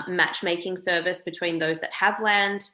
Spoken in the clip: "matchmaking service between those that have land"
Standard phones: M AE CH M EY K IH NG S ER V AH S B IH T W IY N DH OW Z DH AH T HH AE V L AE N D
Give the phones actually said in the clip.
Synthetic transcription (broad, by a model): M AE CH M EY K IH NG S ER V AH S B IH T W IY N DH OW Z DH AH T HH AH V L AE N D